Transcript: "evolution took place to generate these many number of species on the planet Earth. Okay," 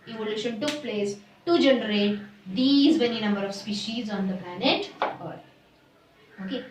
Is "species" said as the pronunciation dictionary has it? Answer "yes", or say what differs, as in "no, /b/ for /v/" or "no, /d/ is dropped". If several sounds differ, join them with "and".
yes